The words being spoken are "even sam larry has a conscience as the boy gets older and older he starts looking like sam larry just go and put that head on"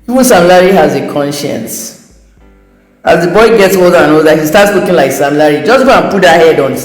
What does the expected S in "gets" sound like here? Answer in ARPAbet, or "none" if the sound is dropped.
S